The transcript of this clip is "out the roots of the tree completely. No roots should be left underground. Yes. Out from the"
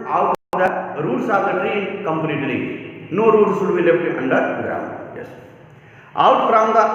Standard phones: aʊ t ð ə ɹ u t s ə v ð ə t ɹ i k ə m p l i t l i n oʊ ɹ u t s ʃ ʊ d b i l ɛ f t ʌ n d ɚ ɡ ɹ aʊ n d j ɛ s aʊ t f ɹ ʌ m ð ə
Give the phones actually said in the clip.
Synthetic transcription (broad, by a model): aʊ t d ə ɹ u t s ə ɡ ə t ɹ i k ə m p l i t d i n oʊ ɹ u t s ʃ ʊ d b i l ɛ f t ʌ n d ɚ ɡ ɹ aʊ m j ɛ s aʊ t p ɹ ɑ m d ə